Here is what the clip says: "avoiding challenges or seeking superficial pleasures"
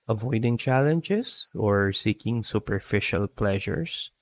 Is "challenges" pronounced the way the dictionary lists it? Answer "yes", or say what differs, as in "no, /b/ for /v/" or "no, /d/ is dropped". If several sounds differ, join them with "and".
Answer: no, /s/ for /z/